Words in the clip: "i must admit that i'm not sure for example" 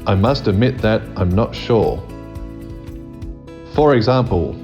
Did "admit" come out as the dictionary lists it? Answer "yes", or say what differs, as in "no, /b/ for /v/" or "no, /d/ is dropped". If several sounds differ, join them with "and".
yes